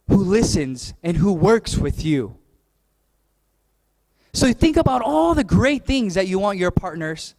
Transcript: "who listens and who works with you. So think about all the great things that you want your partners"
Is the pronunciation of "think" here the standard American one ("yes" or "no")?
yes